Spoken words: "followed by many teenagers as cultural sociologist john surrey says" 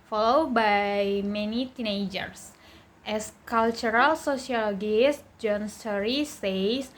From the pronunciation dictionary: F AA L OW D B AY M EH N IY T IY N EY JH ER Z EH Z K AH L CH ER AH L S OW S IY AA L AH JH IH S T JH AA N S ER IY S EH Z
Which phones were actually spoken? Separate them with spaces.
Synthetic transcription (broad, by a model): F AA L OW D B AY M EH N IY T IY N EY JH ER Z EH S K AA L CH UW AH L S OW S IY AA L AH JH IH S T JH AA N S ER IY S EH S